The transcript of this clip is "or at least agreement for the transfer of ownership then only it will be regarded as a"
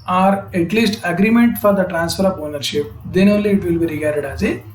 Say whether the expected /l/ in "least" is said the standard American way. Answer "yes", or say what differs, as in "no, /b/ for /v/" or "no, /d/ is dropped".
yes